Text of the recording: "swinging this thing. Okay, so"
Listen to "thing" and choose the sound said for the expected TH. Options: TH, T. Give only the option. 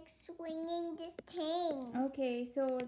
T